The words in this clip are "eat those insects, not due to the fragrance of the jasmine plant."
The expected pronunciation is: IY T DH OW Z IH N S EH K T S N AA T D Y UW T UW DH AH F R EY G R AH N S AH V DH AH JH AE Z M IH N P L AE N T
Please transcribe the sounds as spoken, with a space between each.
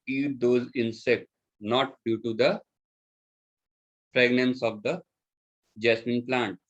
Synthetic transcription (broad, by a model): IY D OW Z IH N S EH K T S N AA T D Y UW T UW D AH P R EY G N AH N S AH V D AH JH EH S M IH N P L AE N T